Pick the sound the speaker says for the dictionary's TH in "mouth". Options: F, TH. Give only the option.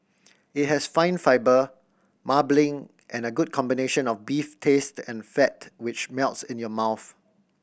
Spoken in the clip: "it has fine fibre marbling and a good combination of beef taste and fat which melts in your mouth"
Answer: TH